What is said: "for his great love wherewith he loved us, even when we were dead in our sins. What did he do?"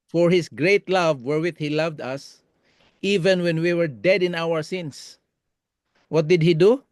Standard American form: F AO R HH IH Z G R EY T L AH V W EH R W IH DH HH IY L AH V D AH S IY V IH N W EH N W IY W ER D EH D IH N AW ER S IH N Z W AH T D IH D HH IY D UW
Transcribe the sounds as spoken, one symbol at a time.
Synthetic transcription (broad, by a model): F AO R HH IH S G R EY T L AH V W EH R W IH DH HH IY L AH V D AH S IY V IH N W EH N W IY W ER D EH D IH N AW ER S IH N S W AH T D IH D HH IY D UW